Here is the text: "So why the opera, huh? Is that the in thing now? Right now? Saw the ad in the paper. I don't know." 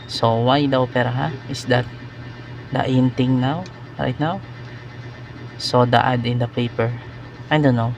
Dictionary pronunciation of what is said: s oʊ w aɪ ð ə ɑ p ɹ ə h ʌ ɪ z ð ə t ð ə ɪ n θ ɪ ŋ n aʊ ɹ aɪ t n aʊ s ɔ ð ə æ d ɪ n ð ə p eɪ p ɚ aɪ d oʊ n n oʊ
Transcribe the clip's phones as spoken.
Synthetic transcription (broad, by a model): s oʊ w aɪ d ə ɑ p ɹ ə h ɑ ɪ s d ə t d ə ɪ n t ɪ ŋ n aʊ ɹ aɪ t n aʊ s ɔ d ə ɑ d ɪ n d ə p eɪ p ɚ aɪ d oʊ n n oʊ